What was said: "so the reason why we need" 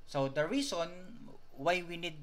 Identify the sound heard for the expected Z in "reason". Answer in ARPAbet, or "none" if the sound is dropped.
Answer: S